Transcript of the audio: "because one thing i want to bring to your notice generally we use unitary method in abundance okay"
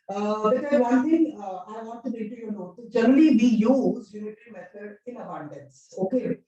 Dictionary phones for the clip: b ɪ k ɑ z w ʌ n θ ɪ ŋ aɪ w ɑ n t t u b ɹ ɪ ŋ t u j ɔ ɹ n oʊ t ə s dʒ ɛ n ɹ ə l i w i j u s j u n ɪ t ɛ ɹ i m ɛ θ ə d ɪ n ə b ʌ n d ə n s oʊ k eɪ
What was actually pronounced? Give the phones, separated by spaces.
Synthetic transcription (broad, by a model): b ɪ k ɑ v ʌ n t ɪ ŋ aɪ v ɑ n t t u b ɪ t u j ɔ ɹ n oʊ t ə dʒ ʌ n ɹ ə l i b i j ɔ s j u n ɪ t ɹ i m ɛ t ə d ɪ n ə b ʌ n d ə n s oʊ k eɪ